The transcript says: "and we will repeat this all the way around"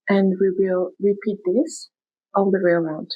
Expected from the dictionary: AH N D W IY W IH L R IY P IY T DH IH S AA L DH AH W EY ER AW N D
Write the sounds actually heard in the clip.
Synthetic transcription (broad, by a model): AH N D W IY W IH L R IY P IY T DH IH S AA N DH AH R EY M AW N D